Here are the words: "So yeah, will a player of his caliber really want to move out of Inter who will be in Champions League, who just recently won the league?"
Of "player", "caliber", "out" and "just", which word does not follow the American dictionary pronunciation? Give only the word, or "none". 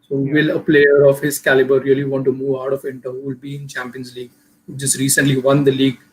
none